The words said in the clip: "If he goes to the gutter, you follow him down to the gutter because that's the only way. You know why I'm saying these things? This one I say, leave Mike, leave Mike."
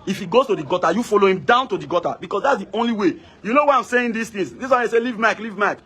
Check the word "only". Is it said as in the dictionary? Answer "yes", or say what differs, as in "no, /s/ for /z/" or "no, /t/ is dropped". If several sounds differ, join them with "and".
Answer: yes